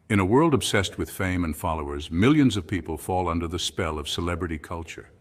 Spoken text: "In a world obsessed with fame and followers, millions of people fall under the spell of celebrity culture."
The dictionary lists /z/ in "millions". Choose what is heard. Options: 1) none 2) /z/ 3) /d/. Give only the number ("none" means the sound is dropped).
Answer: 2